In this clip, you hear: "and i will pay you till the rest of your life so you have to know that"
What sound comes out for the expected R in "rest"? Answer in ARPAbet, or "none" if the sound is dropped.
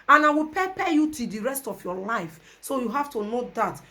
R